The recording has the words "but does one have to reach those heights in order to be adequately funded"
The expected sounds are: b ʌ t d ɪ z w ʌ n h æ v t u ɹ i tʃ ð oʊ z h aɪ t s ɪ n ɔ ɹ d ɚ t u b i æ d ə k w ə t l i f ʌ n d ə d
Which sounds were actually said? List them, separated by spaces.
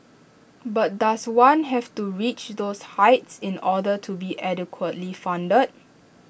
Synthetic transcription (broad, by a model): b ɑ t d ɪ s w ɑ n h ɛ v t u ɹ i tʃ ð oʊ s h aɪ t s ɪ n ɔ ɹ d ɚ t u b i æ d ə k w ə t l i f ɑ n d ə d